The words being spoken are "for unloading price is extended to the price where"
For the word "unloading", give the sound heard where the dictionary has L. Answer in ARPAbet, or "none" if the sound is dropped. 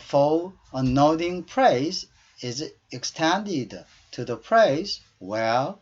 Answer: none